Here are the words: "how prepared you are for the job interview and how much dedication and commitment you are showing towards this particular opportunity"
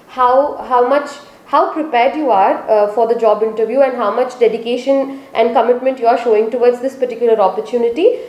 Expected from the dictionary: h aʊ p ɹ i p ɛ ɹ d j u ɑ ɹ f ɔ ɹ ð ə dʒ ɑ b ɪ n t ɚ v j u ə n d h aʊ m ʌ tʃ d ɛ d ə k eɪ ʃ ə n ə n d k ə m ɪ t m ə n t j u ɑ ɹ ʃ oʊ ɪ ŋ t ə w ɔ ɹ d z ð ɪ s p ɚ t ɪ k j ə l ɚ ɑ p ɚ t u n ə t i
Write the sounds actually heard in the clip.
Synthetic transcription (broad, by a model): h aʊ p ɹ i p ɛ ɹ d j u ɑ ɹ f ɔ ɹ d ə dʒ ɑ b ɪ n t ɚ v j u ə n d h aʊ m ʌ tʃ d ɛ d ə k eɪ ʃ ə n ə n d k ə m ɪ t m ə n t j u ɑ ɹ ʃ oʊ ɪ ŋ t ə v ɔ ɹ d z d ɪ s p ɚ t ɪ k j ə l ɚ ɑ p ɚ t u n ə t i